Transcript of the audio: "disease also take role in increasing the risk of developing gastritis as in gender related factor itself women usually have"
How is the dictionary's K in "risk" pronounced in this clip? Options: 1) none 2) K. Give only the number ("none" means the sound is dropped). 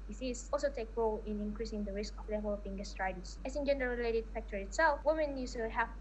2